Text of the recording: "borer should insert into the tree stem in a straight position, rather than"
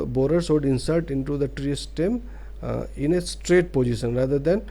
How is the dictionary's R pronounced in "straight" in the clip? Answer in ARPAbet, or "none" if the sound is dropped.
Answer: R